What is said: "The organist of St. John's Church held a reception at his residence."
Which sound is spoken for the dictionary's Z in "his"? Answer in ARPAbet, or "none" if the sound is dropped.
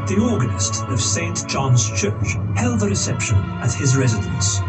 Z